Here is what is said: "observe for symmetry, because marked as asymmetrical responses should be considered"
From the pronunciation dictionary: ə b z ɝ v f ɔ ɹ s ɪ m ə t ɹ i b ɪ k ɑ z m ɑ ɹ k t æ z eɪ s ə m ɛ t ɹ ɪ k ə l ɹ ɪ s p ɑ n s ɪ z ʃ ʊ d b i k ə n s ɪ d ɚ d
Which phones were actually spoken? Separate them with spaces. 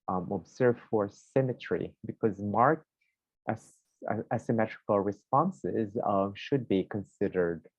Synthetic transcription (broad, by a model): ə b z ɝ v f ɔ ɹ s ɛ m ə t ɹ i b ɪ k ɑ z m ɑ ɹ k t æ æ s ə m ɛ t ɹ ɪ k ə l ɹ ɪ s p ɑ n s ɪ z ʃ ʊ d b i k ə n s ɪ d ɚ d